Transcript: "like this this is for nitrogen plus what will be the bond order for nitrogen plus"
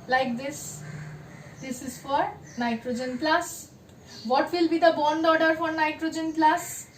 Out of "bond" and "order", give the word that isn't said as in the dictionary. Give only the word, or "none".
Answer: none